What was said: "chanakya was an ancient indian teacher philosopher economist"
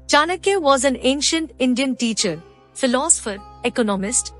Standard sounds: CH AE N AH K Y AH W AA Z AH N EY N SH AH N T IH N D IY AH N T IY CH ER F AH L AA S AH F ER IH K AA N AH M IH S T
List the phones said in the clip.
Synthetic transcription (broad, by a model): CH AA N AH K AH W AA Z AH N EY N SH AH N T IH N D IY AH N T IY CH ER F AH L AA S AH F ER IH K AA N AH M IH S T